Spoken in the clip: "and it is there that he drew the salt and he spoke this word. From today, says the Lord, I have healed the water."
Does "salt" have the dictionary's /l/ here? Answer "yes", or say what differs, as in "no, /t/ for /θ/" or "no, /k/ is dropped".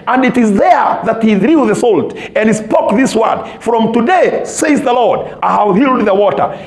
yes